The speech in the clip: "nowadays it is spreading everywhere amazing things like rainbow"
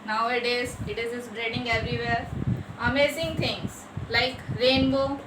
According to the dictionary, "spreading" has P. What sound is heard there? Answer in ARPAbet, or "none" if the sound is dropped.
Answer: B